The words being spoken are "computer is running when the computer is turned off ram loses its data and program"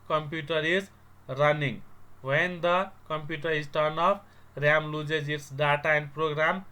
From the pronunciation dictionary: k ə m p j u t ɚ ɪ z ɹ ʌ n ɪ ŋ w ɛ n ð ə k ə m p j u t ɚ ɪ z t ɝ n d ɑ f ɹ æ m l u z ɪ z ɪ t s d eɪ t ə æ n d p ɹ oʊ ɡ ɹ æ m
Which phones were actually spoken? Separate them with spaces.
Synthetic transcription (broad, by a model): k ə m p j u t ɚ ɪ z ɹ ʌ n ɪ ŋ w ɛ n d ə k ə m p j u t ɚ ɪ s t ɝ n ɑ p ɹ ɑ m l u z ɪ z ɪ t s d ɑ t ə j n p ɹ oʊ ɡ ɹ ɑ m